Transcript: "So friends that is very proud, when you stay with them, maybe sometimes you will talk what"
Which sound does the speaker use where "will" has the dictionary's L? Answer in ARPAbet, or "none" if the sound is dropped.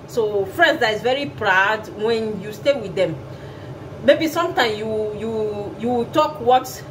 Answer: W